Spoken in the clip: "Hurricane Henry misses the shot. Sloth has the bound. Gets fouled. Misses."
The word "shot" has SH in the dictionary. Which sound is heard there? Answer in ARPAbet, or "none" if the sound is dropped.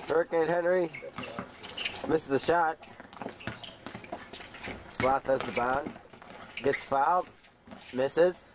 SH